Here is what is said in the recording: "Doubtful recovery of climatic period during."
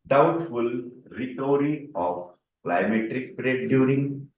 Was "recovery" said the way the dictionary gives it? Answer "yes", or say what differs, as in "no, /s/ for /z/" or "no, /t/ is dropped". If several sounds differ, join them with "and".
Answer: no, /v/ is dropped